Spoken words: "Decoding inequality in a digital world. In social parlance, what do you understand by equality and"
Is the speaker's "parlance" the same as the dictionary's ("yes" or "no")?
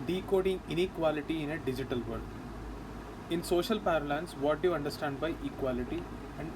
yes